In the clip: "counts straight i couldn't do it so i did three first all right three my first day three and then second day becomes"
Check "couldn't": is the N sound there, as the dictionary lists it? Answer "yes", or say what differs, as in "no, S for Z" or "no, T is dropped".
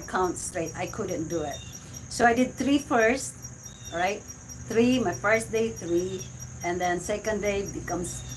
yes